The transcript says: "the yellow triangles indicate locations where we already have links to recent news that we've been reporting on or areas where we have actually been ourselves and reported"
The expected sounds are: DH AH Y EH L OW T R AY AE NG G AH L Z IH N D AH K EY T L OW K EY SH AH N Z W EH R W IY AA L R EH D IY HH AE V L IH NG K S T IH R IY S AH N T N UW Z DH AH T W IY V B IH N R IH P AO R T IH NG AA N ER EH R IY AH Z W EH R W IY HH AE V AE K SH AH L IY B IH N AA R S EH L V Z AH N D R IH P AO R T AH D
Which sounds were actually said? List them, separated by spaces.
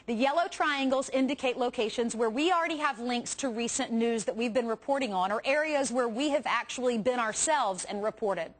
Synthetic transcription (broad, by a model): DH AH Y EH L OW T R AY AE NG G L Z IH N D AH K EY T L OW K EY SH AH N Z W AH R W IY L R EH D IY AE V L IH NG K S T IH R IY S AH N N UW Z DH AH T W IY V B IH N R IH P AO R T IH NG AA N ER EH R IY AH Z W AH R W IY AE V AE K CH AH L IY B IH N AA R S EH L V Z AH N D R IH P AO R T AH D